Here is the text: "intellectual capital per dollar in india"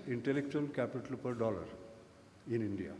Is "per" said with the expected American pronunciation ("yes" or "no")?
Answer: yes